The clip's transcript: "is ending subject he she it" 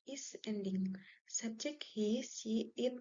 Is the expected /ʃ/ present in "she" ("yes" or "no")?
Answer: no